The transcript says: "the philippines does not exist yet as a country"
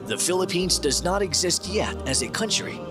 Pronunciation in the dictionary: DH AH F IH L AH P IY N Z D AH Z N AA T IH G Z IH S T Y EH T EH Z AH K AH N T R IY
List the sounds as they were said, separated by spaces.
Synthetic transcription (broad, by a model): DH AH F IH L AH P IY N Z D AH Z N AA T IH G Z IH S T Y EH T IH Z AH K AH N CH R IY